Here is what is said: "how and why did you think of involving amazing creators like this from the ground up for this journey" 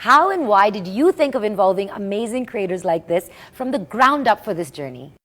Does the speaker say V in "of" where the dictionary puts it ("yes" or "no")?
yes